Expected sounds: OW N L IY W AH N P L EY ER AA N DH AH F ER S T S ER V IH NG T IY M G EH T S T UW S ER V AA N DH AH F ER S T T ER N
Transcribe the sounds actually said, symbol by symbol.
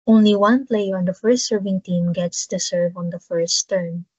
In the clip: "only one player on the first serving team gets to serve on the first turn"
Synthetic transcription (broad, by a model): OW N L IY W AH N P L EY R AA N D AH F ER S T S ER V IH NG T IY M G EH T S T UW S ER V AA N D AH F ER S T T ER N